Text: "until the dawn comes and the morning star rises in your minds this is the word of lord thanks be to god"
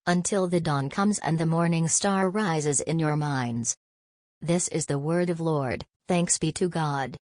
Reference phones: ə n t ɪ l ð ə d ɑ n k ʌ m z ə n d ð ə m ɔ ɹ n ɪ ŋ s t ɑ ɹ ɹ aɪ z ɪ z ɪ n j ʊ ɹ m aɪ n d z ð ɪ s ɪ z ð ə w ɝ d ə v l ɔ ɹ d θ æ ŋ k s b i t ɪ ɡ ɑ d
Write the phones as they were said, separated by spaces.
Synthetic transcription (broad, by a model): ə n t ɪ l ð ə d ɑ n k ʌ m z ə n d ð ə m ɔ ɹ n ɪ ŋ s t ɑ ɹ ɹ aɪ z ɪ z ɪ n j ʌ ɹ m aɪ n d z ð ɪ s ɪ z ð ə w ɝ d ə v l ɔ ɹ d θ æ ŋ k s b i t ɪ ɡ ɑ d